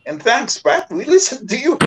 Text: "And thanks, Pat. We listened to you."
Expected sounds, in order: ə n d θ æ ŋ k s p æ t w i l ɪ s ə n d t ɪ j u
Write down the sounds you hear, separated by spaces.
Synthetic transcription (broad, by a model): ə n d θ æ ŋ k s b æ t w i l ɪ s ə n t ɪ j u